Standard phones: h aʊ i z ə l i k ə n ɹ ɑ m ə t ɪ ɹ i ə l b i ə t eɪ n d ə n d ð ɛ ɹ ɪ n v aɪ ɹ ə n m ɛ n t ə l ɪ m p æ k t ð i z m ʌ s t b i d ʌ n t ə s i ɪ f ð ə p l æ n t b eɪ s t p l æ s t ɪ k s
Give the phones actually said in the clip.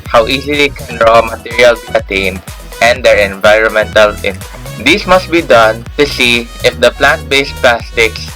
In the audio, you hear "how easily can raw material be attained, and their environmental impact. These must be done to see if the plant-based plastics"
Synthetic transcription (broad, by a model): h aʊ i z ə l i k ə n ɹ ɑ m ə t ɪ ɹ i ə l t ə t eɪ n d ə n d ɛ ɹ ɪ n v aɪ ɹ ə n m ɛ n t ə l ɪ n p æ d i s m ʌ s t b i d ʌ n t ə s i ɪ f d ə p l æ n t b eɪ s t p l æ s t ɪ k s